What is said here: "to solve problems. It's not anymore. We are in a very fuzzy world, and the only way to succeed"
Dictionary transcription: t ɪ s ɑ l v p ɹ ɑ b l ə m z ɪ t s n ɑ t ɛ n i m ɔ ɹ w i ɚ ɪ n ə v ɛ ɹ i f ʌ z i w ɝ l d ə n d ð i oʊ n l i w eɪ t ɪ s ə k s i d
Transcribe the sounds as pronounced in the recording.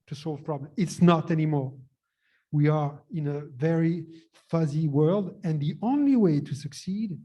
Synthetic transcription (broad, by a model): t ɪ s ɑ l v p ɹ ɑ b l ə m ɪ t s n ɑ t ɛ n i m ɔ ɹ w i ɚ ɪ n ə v ɛ ɹ i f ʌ z i w ɝ l d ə n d ð i oʊ n l i w eɪ t ɪ s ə k s i d